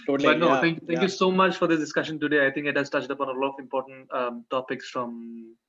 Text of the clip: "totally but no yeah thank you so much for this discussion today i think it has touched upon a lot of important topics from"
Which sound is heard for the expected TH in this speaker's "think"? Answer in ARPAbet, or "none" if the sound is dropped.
T